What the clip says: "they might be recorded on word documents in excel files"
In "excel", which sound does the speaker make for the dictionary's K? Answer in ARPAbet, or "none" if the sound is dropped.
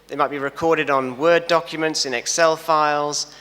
K